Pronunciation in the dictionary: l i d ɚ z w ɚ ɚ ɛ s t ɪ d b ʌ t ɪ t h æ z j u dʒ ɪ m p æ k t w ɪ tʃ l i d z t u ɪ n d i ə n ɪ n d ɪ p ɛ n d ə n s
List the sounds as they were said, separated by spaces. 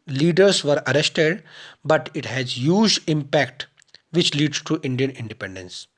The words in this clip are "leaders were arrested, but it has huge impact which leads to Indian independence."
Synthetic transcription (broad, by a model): l i d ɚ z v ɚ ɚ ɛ s t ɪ d b ʌ t ɪ t h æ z j u dʒ ɪ m p æ k t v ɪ tʃ l i d t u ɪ n d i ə n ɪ n d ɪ p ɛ n d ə n s